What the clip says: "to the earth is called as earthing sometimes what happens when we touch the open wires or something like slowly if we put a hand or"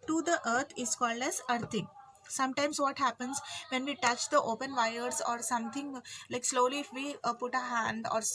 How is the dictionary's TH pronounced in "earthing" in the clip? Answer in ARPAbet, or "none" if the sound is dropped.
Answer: T